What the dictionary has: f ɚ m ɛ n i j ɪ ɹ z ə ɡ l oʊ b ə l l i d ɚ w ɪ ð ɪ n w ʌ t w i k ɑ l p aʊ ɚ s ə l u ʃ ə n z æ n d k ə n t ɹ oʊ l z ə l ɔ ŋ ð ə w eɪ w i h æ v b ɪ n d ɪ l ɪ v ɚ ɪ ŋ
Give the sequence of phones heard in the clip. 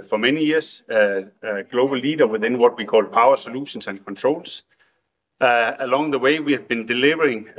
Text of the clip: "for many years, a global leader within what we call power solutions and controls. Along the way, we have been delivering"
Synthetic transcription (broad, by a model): f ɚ m ɛ n i j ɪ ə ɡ l oʊ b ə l l i d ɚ w ɪ ð ɪ n w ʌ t w i k ɑ l p aʊ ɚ s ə l u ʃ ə n s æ n k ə n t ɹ oʊ l s ə l ɔ ŋ ð ə w eɪ w i h æ v b ɪ n d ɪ l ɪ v ɚ ɪ ŋ